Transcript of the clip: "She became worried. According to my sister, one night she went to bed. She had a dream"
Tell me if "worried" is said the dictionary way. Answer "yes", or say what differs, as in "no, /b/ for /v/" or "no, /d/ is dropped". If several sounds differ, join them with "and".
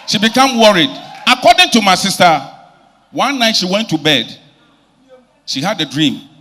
yes